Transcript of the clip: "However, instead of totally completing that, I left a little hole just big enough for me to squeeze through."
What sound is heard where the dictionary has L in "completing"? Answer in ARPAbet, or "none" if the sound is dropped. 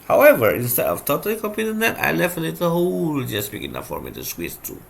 none